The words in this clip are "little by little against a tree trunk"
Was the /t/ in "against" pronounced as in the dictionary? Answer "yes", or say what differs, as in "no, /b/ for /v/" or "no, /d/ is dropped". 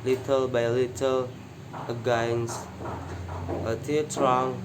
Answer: no, /t/ is dropped